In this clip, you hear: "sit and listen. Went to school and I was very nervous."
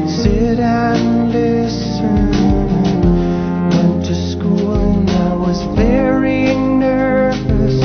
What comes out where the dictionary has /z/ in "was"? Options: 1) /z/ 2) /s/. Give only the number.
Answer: 1